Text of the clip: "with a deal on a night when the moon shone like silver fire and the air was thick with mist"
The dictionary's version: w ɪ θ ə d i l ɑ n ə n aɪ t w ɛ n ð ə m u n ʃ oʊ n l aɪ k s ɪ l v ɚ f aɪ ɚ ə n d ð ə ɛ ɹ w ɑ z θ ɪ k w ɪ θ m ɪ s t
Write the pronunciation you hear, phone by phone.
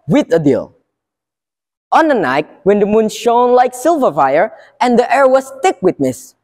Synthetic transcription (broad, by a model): w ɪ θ ə d i l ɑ n ə n aɪ t w ɛ n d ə m u n ʃ oʊ n l aɪ k s ɪ l v ɚ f aɪ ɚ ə n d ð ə ɛ ɹ w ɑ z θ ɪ k w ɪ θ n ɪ s